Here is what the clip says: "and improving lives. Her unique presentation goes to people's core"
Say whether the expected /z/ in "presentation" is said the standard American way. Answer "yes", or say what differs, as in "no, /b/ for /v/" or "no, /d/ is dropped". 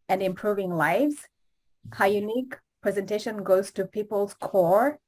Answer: yes